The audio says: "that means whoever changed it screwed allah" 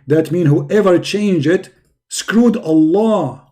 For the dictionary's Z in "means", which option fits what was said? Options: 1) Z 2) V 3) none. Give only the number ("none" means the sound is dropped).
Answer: 3